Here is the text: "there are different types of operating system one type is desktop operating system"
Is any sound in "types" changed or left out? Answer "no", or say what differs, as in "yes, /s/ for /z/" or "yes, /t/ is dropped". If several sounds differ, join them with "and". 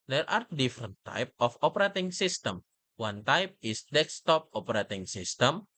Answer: yes, /s/ is dropped